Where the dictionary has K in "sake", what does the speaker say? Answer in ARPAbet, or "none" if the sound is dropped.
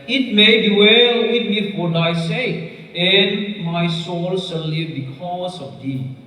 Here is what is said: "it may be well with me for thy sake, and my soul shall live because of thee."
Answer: none